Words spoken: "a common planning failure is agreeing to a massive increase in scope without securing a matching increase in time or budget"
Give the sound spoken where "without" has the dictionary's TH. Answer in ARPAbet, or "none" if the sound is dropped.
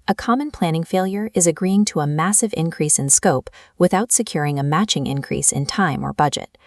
TH